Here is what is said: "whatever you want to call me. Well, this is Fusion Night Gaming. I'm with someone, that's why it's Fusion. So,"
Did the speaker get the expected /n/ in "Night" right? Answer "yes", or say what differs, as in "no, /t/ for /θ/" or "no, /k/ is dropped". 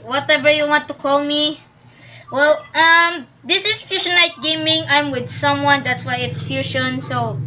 no, /l/ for /n/